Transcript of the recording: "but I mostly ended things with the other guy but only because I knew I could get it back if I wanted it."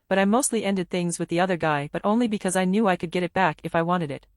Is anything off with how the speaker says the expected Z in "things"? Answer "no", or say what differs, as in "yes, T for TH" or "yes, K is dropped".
no